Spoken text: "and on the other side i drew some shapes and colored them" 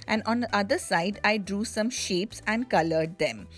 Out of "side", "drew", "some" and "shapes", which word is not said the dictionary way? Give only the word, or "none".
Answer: none